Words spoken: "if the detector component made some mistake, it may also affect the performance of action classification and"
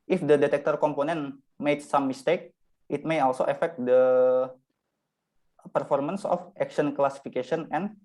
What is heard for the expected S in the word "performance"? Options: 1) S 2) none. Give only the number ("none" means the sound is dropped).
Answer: 1